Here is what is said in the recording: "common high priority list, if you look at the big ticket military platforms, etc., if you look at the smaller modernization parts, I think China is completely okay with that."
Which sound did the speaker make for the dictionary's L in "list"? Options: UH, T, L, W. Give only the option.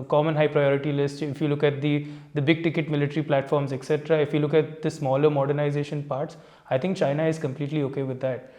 L